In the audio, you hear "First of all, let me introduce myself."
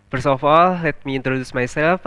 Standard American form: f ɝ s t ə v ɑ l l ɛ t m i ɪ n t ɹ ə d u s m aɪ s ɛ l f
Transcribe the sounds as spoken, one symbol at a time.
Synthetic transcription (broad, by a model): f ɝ s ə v ɑ l l ɛ t m i ɪ n t ɹ ə d u s m aɪ s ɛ l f